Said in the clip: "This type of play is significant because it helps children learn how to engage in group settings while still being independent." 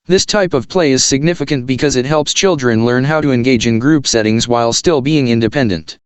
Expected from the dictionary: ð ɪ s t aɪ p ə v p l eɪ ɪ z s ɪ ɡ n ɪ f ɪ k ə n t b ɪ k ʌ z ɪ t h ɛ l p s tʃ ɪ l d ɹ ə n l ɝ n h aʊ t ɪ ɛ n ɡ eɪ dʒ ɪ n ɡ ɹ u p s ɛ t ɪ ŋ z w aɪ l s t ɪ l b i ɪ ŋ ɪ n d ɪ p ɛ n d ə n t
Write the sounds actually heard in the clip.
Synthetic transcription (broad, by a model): ð ɪ s t aɪ p ə v p l eɪ ɪ z s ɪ ɡ n ɪ f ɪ k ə n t b ɪ k ʌ z ɪ t h ɛ l p s tʃ ɪ l d ɹ ə n l ɝ n h aʊ t ɪ ɛ n ɡ eɪ dʒ ɪ n ɡ ɹ u p s ɛ t ɪ ŋ z w aɪ l s t ɪ l b i ɪ ŋ ɪ n d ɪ p ɛ n d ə n t